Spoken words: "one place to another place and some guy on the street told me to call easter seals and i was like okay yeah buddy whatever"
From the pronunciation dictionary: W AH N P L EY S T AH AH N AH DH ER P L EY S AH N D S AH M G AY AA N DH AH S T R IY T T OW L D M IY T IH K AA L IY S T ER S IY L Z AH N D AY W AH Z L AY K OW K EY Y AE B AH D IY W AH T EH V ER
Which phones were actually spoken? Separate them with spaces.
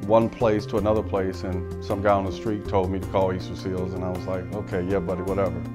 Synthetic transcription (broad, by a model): W AH N P L EY S T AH AH N AH DH ER P L EY S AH N S AH M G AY AA N DH AH S T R IY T T OW L D M IY T IH K AA L IY S T ER S IY L Z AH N AY W AH Z L AY K OW K EY Y AE B AH D IY W AH T EH V ER